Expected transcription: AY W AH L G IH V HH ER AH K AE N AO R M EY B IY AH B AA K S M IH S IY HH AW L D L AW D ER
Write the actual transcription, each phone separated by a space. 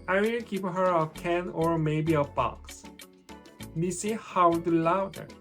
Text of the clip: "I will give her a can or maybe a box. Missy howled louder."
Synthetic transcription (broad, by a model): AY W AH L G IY P HH ER AH K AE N AO R M EY B IY AH B AA K S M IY S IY HH AW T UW L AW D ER